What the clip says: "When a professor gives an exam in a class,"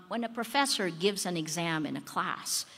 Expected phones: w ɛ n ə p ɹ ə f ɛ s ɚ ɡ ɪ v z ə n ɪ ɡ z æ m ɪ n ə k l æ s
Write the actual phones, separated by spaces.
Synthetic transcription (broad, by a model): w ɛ n ə p ɹ ə f ɛ s ɚ ɡ ɪ v z ə n ɪ ɡ z æ m ɪ n ə k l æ s